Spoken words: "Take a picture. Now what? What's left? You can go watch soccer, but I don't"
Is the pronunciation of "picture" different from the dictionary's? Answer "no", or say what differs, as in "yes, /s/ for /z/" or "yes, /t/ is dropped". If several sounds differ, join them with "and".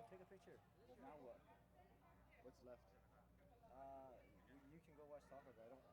yes, /k/ is dropped